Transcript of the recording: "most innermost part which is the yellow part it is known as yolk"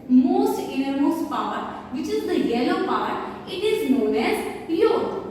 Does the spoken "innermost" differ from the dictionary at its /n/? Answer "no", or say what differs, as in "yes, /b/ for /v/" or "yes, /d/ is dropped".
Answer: yes, /n/ is dropped